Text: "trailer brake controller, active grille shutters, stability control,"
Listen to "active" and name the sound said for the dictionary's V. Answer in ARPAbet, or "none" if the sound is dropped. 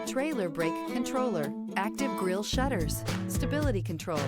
V